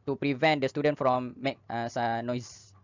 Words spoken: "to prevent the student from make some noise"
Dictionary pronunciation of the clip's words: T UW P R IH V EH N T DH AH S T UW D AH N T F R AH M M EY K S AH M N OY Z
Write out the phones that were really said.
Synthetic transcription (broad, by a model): T UW P R IH V EH N T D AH S T UW D AH N T F R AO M M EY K S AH N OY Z